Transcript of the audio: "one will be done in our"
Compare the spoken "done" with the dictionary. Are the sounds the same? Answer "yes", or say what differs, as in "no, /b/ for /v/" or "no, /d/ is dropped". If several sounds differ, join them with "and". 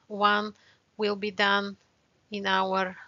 yes